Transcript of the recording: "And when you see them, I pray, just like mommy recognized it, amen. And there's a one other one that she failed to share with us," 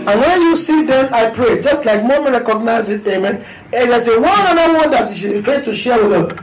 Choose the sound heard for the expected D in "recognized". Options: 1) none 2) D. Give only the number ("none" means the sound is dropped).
1